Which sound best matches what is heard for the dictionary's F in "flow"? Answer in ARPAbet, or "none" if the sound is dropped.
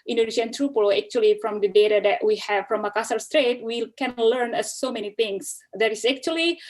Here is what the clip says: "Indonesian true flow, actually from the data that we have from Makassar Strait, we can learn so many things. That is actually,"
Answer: P